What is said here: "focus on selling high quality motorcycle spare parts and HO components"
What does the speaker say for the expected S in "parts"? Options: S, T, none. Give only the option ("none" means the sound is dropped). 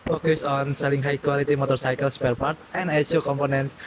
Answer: none